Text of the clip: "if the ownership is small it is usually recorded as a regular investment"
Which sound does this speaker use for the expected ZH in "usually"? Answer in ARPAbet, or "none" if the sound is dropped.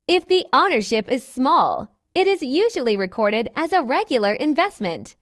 ZH